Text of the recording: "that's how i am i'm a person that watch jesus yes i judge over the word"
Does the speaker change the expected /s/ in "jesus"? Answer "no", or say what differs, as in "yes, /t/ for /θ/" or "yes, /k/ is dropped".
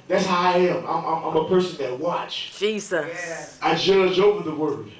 yes, /s/ is dropped